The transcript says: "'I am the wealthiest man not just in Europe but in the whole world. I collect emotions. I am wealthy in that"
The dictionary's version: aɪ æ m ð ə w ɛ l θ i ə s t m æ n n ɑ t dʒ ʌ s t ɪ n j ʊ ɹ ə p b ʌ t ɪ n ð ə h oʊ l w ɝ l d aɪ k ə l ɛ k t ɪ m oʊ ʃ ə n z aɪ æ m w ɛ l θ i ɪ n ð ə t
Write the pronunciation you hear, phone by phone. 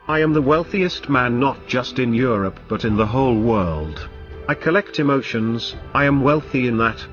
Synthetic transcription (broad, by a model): aɪ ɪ m ð ə w ɛ l θ i ə s t m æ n n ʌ t dʒ ʌ s t ɪ n j ʊ ɹ ə p b ʌ t ɪ n ð ə h oʊ l w ɝ l d aɪ k ə l ɛ k t ɪ m oʊ ʃ ə n z aɪ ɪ m w ɛ l θ i ɪ n ð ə t